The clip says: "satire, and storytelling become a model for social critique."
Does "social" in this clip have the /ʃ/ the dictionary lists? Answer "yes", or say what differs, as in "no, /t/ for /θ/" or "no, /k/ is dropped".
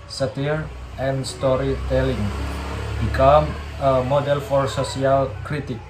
no, /s/ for /ʃ/